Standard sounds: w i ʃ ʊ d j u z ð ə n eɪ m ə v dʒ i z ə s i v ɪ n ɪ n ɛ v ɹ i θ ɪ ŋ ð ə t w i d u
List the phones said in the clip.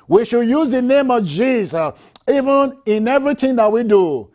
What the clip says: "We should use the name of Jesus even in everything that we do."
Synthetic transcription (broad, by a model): w i ʃ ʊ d j u z ð ə n eɪ m ə v dʒ i z ə s i v ɪ n ɪ n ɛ v ɹ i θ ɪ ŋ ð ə t w i d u